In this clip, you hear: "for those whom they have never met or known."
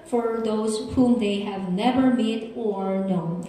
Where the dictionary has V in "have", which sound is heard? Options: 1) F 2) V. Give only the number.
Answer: 2